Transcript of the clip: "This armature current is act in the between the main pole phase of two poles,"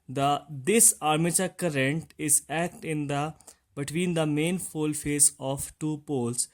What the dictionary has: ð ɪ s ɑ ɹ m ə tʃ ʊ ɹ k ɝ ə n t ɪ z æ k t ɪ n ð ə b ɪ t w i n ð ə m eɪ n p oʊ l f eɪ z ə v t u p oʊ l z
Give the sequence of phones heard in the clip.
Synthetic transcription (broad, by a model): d ɪ s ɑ ɹ m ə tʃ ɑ k ɝ ə n t ɪ z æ k t ɪ n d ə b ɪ t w i n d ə m eɪ n f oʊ l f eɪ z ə f t u p oʊ l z